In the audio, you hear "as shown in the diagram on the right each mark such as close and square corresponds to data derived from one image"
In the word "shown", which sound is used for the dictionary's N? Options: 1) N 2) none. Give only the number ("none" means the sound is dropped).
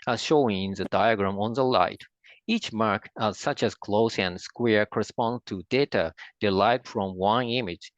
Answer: 2